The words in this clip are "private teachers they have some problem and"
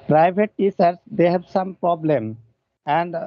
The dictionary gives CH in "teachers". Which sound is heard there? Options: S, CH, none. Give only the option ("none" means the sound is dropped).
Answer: S